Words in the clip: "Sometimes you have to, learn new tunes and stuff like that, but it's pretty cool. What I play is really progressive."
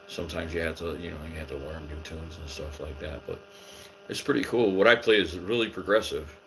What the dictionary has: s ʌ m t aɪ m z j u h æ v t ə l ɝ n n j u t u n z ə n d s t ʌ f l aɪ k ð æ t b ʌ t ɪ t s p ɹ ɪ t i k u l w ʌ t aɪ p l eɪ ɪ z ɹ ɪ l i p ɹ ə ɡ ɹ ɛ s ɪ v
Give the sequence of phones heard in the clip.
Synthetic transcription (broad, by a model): s ʌ m t aɪ m z j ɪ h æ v t ə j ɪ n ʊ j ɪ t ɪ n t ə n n s t ʌ f l aɪ k ð æ t b ʌ t ɪ t s p ɹ ɪ t i k u l w ʌ t aɪ p l eɪ ɪ z ɹ ɪ l i p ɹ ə ɡ ɹ ɛ s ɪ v